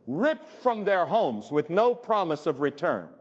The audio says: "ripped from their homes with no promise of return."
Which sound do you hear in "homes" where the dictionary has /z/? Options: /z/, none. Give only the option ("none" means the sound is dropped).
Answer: /z/